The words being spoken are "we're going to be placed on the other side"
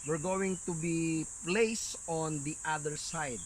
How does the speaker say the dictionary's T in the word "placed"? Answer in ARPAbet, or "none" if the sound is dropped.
none